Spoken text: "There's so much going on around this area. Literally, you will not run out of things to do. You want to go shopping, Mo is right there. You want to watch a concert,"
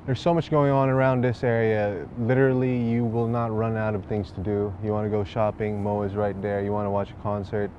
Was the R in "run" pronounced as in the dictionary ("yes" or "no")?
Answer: yes